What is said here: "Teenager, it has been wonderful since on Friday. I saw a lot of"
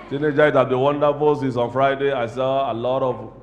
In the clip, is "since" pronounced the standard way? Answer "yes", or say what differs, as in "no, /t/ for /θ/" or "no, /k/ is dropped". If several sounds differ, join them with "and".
no, /n/ is dropped